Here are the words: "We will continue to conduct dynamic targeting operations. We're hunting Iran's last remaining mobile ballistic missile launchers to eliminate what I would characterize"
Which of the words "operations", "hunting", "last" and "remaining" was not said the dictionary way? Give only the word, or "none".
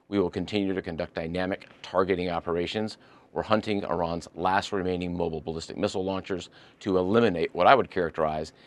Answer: none